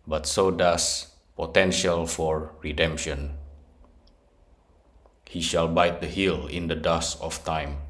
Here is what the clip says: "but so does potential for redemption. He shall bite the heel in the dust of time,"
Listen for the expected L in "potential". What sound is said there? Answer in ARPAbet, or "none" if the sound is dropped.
L